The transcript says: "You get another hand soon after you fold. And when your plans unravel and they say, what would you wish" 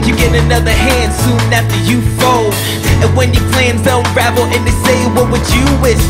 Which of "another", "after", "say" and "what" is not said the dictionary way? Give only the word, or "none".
none